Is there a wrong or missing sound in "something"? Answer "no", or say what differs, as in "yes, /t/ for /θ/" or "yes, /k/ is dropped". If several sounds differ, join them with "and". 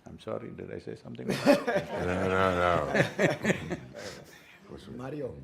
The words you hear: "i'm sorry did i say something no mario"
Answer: yes, /t/ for /θ/